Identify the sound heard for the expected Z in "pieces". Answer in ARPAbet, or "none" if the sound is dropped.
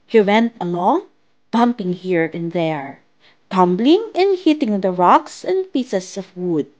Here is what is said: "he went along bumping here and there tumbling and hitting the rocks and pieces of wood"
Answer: S